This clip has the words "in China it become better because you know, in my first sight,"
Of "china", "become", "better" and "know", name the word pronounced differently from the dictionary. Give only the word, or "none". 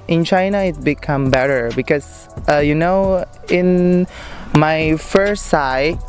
none